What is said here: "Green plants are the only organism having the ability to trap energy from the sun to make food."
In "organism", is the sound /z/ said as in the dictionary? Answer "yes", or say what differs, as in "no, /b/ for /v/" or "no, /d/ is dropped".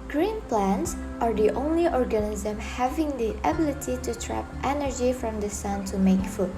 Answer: yes